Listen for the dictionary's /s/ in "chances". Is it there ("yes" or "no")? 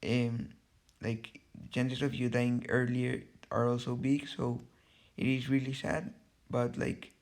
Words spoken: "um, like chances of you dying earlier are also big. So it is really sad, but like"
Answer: no